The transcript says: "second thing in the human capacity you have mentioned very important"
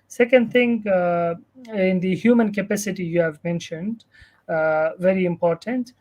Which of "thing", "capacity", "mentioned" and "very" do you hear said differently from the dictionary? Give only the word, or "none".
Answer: thing